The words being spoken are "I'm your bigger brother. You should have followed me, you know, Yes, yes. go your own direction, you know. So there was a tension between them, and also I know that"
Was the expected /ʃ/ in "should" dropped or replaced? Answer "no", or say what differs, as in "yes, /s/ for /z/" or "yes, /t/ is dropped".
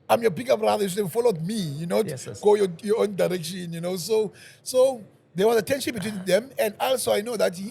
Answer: yes, /s/ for /ʃ/